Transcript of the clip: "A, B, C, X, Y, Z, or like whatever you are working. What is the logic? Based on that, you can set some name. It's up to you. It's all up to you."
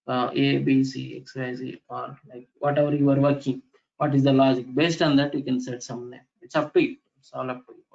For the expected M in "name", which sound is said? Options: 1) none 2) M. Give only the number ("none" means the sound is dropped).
1